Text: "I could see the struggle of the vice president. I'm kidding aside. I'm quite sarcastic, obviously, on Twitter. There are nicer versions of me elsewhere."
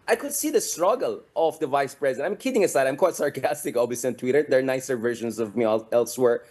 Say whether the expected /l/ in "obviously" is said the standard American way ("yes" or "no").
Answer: no